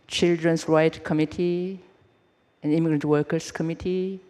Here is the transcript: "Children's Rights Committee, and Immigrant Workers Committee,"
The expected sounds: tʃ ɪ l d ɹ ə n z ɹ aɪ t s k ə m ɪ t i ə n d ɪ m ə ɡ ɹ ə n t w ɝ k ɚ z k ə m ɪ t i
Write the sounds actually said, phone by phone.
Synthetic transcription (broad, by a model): tʃ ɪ l d ɹ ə n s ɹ aɪ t k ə m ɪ t i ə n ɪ m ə ɡ ɹ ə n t w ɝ k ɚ s k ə m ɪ t i